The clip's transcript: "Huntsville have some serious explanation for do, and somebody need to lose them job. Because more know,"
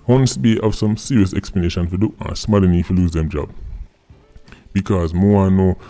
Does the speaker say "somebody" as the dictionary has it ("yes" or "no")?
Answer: no